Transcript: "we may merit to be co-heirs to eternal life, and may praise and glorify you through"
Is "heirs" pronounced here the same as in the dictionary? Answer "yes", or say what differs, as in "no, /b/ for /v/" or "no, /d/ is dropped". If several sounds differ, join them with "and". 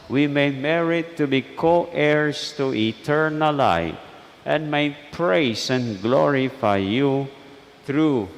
no, /s/ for /z/